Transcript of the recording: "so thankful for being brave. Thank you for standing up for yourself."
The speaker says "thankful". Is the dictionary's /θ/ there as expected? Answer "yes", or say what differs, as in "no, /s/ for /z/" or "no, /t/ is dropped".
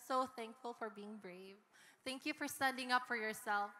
yes